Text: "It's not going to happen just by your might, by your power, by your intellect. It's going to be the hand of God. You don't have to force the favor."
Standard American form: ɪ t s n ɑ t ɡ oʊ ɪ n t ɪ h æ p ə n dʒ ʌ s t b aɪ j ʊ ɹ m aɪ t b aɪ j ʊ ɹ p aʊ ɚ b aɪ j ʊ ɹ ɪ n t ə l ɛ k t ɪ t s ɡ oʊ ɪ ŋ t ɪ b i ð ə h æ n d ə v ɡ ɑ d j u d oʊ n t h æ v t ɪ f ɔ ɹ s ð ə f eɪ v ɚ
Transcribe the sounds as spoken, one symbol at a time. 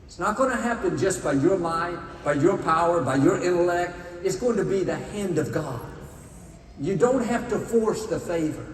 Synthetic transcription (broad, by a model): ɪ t s n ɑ t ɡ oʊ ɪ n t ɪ h æ p ə n dʒ ʌ s b aɪ j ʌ ɹ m aɪ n b aɪ j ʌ ɹ p aʊ ɚ b aɪ j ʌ ɹ ɪ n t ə l ɛ k t ɪ t s ɡ oʊ ɪ ŋ t ɪ b i ð ə h æ n d ə v ɡ ɑ d j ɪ d oʊ n t h æ f t ɪ f ɔ ɹ s ð ə f eɪ v ɚ